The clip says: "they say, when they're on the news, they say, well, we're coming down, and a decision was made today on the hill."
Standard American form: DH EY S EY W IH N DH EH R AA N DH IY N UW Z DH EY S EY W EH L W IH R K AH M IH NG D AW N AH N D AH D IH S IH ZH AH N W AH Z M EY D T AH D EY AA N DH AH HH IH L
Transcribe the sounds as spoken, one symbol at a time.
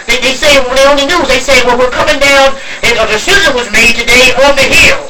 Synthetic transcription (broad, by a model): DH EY S EY IH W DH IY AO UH N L IY N UW Z DH EY S EY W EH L W IH R K AH M IH NG D AW N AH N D AH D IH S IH Z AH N W AH Z M EY D T AH D EY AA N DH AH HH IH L